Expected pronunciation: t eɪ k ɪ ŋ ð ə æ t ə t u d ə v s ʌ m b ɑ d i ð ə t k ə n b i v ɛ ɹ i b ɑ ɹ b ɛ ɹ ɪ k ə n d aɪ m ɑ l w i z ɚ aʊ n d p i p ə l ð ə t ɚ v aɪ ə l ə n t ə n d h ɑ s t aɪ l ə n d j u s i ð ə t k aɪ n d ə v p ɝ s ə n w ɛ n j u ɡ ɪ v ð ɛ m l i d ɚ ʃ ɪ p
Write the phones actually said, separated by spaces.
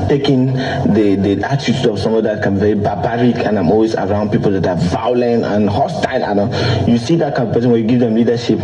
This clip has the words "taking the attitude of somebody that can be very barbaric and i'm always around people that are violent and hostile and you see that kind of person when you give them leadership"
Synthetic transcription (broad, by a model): t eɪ k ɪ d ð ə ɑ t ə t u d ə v s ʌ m ɑ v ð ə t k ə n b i v ɛ ɹ i b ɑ b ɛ ɹ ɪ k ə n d aɪ m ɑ l w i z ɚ aʊ n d p i p ə l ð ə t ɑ v aɪ ə l ə n t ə n h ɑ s t aɪ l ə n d j u s i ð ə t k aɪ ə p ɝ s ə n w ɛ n j u ɡ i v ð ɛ m l i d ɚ ʃ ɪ p